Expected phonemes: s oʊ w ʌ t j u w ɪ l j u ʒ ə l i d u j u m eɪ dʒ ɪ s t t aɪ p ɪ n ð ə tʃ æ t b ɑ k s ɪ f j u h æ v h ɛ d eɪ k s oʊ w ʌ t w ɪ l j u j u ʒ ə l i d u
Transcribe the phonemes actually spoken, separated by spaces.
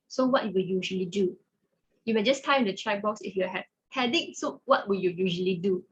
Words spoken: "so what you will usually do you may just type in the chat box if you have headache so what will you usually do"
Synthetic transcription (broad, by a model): s oʊ w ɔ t j u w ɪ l j u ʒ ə l i d u j u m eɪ dʒ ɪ s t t aɪ ɪ n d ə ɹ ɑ b ɑ k s ɪ f j u h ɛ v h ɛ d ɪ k s oʊ w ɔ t w ɪ l j u j u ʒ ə l i d u